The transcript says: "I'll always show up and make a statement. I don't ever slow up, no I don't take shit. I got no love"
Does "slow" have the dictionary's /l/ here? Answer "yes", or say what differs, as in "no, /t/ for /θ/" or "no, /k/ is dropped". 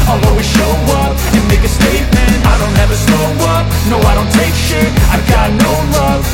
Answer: no, /l/ is dropped